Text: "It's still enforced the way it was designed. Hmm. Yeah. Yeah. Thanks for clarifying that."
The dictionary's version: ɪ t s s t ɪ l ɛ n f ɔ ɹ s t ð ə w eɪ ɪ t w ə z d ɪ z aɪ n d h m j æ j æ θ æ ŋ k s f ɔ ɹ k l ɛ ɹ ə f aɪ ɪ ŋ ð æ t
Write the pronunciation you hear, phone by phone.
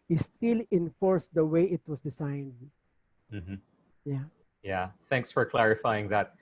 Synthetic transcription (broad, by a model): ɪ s s t ɪ l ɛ n f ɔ ɹ s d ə w eɪ ɪ t w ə s d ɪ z aɪ n d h m j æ j æ θ æ ŋ k s f ɔ ɹ k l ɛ ɹ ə f aɪ ɪ ŋ ð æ t